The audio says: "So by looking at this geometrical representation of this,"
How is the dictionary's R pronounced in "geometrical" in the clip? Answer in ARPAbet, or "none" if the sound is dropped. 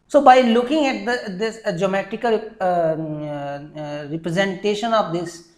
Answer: none